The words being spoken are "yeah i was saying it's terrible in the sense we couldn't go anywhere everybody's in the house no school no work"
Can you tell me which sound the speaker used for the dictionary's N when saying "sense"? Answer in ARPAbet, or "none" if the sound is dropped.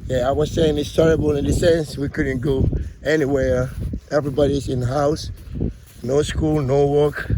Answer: N